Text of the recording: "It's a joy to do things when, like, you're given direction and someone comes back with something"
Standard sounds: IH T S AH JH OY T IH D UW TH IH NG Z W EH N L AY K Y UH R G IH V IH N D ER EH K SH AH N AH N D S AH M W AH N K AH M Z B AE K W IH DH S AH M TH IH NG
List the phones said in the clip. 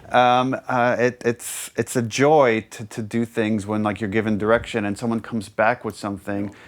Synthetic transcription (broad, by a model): IH T S AH JH OY T IH D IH TH IH NG Z W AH N L AY K Y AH R G IH V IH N D ER EH K SH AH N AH N S AH M W AH N K AH M Z B AE K W IH DH S AH M TH IH NG